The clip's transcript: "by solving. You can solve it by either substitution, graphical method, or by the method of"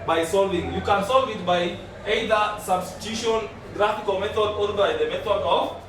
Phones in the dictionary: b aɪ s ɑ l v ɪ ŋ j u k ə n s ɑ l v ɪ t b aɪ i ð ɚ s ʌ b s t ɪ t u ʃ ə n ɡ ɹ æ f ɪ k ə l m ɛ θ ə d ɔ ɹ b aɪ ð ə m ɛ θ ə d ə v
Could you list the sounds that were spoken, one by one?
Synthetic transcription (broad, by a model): b aɪ s ɑ l v ɪ ŋ j u k ə n s ɑ l v ɪ t b aɪ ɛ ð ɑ s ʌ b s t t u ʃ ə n ɡ ɹ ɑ f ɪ k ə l m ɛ t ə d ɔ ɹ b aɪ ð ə m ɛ t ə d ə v